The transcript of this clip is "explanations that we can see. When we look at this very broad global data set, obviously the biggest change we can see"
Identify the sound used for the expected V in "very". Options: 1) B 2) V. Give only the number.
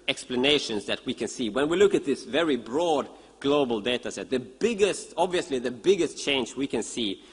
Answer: 2